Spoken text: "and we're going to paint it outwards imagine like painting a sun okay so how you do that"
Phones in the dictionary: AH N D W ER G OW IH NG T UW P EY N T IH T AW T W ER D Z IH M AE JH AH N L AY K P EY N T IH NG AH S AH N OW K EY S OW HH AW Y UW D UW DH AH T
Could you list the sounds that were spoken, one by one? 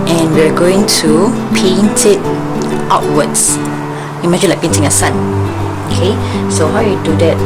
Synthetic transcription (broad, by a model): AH N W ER G OW IH NG T UW P EY N T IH T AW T W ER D S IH M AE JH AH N L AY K P EY N T IH NG AH S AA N OW K EY S OW HH AW Y UW D UW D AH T